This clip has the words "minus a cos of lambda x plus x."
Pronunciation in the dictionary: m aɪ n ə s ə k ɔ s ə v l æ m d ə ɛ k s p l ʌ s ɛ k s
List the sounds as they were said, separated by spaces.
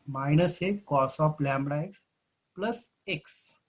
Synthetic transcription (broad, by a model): m aɪ n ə s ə k ɔ s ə p l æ m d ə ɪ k s p l ʌ s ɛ k s